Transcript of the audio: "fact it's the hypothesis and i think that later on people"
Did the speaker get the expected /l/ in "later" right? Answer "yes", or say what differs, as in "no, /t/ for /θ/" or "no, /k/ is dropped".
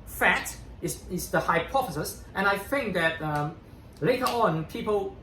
yes